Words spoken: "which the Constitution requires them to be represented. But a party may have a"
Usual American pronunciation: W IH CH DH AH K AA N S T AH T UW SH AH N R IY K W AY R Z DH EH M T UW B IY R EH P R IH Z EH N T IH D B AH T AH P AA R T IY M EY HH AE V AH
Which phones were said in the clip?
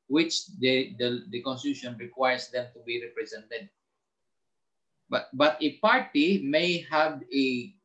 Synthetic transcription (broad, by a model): W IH CH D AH K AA N S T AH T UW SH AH N R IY K W AY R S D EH M T UW B IY R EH P R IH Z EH N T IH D B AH T AH P AA R T IY M EY HH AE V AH